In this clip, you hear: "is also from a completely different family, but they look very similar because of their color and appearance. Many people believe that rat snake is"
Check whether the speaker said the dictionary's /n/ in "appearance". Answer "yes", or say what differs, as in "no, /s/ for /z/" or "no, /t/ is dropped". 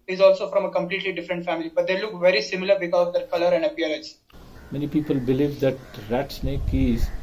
no, /n/ is dropped